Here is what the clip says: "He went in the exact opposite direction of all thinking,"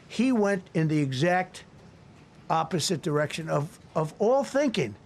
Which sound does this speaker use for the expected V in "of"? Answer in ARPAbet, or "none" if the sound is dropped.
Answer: V